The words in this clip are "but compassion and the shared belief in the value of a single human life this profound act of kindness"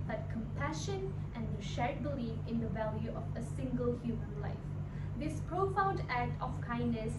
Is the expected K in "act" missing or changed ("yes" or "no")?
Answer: no